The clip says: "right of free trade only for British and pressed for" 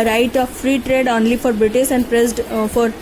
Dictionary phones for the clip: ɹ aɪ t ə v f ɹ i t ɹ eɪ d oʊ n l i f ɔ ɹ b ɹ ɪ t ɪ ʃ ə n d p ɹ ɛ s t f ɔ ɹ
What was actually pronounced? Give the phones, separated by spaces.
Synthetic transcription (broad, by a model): ɹ aɪ t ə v f ɹ i t ɹ eɪ d oʊ n l i f ɔ ɹ b ɹ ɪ t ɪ s ə n d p ɹ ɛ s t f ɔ ɹ